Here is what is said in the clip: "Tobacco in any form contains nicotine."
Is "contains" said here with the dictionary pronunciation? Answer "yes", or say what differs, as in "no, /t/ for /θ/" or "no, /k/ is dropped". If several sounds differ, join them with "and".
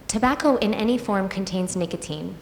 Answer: yes